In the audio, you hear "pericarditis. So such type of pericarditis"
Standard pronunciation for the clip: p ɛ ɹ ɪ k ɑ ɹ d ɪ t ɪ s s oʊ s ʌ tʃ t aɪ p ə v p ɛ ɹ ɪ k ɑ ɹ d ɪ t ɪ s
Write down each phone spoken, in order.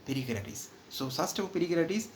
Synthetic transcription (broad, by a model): p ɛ ɹ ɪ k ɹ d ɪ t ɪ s s oʊ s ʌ s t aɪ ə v p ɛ ɹ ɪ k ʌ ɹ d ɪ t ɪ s